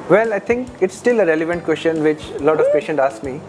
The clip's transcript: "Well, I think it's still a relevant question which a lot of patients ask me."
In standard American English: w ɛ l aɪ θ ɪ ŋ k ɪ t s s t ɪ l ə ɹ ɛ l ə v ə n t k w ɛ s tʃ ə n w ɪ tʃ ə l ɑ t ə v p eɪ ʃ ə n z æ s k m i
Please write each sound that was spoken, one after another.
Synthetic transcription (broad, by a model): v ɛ l aɪ t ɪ ŋ k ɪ t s s t ɪ l ə ɹ ɛ l ə v ə n t k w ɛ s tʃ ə n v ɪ tʃ l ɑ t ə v p eɪ ʃ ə n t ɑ s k m i